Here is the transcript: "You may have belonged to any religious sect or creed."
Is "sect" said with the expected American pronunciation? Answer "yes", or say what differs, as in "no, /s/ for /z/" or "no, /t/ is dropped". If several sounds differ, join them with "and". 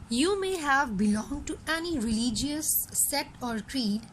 no, /k/ is dropped